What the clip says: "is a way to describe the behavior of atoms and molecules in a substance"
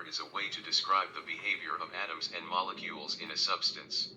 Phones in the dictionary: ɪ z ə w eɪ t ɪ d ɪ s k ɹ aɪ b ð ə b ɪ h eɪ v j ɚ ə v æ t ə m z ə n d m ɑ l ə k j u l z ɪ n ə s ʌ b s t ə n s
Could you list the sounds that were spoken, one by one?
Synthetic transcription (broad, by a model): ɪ z ə w eɪ t ɪ d ɪ s k ɹ aɪ b ð ə b ɪ h eɪ v j ɚ ə v æ t ə m z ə n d m ɑ l ə k j u l z ɪ n ə s ʌ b s t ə n s